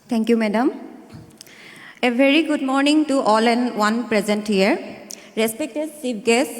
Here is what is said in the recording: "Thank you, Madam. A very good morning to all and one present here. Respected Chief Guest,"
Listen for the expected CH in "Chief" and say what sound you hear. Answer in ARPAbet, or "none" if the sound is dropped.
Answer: S